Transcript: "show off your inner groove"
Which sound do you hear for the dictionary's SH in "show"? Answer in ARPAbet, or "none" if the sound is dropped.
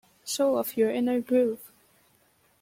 S